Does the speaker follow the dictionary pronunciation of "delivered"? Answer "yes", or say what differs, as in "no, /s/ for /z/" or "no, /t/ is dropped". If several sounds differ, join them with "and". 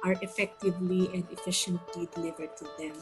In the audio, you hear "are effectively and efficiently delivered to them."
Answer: yes